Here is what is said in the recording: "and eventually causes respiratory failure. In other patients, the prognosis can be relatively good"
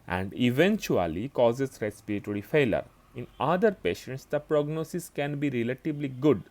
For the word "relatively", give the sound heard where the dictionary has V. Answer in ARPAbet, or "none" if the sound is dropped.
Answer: B